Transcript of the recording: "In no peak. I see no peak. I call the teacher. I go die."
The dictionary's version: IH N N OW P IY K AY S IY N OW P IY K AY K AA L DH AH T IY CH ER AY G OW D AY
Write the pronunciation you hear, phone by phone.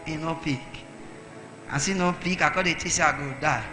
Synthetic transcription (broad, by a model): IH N N OW P IY K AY S IY N OW P IY K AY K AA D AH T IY S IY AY G OW D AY